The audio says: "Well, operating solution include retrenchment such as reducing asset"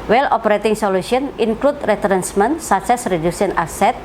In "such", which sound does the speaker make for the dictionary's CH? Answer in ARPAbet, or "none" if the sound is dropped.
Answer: S